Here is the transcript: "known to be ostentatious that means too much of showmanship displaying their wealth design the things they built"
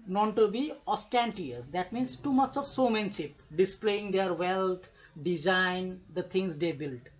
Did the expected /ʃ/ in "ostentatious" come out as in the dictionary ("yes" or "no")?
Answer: no